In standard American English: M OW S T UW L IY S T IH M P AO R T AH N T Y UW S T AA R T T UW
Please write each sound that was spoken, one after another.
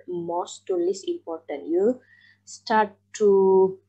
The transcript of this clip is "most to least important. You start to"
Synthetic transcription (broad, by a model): M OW S T UW L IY S IH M P AO R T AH N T Y UW S T AA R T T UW